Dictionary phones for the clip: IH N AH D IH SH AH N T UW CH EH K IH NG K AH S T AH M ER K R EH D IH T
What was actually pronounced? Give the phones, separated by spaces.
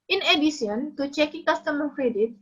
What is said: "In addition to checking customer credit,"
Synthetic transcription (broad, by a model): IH N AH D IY S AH N T UW CH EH K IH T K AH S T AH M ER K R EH D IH T